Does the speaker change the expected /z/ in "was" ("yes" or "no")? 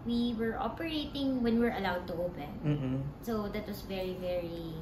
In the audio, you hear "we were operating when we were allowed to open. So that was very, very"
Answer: yes